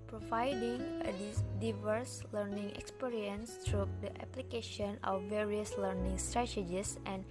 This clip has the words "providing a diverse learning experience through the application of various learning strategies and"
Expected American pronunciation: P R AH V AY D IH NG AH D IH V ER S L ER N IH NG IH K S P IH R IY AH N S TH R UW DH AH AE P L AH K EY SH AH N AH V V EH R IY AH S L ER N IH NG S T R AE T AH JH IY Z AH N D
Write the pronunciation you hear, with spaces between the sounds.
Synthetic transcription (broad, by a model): P R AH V AY D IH NG AH D IH V ER S L ER N IH NG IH K S P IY R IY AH N S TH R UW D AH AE P L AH K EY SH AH N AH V V EH R IY AH S L ER N IH NG S T R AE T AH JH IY S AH N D